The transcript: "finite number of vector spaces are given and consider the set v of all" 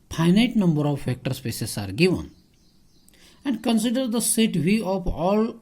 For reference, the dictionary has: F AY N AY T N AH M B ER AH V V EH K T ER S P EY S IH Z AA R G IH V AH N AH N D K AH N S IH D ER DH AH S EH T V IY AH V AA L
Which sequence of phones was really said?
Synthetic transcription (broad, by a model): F AY N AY T N AH M B ER AH V F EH K T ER S P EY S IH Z AA R G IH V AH N AH N D K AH N S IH D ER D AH S EH T V IY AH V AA L